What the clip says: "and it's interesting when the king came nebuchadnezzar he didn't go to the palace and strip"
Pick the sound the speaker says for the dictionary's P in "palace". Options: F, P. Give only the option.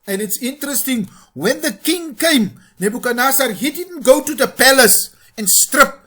P